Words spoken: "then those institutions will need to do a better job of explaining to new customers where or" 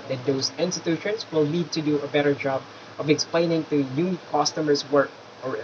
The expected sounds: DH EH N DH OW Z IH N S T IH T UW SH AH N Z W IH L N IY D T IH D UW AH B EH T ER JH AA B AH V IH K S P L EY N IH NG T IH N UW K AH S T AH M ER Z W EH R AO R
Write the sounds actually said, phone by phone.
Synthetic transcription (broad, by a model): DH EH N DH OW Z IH N S T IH T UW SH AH N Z W IH L L IY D T IH D UW AH B EH T ER JH AA B AH V IH K S P L EY N IH NG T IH N UW K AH S T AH M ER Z W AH R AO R